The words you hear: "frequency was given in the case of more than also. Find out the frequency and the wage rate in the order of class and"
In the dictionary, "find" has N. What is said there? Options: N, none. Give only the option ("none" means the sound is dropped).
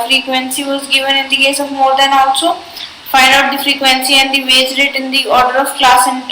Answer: none